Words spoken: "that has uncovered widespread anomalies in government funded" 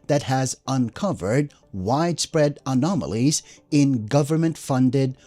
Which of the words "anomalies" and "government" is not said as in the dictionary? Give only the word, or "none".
none